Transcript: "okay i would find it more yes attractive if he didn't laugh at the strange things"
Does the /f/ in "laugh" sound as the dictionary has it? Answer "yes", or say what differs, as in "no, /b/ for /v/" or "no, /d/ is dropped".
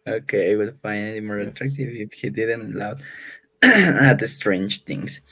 no, /f/ is dropped